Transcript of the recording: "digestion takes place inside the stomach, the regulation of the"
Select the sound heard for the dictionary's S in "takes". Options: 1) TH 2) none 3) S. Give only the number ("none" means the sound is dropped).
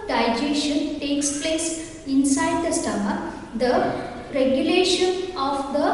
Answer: 3